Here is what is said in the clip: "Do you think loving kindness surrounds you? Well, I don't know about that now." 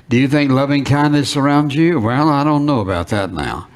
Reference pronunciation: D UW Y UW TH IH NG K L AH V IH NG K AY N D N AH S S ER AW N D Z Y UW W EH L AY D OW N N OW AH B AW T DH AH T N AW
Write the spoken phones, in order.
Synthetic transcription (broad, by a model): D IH Y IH TH IH NG K L AH V IH NG K AY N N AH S S ER AW N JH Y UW W EH L AY D OW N N OW AH B AW T DH AH T N AW